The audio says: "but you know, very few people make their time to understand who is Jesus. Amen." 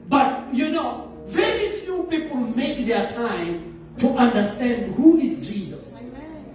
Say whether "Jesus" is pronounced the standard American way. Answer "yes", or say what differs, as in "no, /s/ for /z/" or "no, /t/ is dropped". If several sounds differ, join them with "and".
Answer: yes